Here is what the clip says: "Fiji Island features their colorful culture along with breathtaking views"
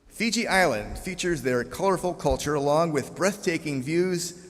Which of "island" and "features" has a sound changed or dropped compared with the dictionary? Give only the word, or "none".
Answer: none